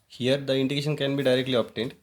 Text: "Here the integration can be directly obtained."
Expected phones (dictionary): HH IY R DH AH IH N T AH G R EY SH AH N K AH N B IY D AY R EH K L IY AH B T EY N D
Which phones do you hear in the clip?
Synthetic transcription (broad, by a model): HH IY R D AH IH N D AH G EY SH AH N K AH N B IY D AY R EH K L IY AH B T EY N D